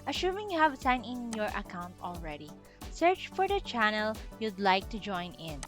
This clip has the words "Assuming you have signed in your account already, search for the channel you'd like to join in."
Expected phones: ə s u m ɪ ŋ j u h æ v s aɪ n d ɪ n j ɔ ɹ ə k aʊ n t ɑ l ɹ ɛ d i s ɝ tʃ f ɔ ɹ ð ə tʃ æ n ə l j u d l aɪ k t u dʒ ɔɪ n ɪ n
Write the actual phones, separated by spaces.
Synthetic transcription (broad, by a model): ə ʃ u m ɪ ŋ j u h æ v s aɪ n ɪ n j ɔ ɹ ə k aʊ n t ɑ l ɹ ɛ d i s ɝ tʃ f ɔ ɹ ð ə tʃ æ n ə l j u d l aɪ k t u dʒ ɔɪ n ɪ n